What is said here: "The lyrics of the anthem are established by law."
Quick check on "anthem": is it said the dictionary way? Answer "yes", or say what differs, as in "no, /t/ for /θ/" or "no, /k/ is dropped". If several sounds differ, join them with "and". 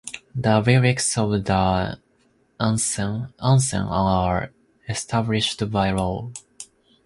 no, /s/ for /θ/